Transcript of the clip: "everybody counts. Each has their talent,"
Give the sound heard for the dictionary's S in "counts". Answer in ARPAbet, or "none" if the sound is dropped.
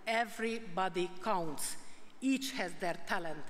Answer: S